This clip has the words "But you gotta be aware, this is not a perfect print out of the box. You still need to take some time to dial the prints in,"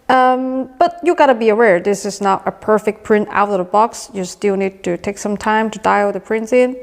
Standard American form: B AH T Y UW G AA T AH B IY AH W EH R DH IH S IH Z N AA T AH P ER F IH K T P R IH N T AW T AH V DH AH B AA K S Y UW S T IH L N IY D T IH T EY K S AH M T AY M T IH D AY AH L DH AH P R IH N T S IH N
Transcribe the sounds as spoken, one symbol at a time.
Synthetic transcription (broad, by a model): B AH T Y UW G AA T AH B IY AH W EH R DH IH S IH Z N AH T AH P ER F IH K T P R IH N T AW T AH V DH AH B AA K S Y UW S T IH L N IY D T IH T EY K S AH M T AY M T IH D AY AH DH AH P R IH N T S IH N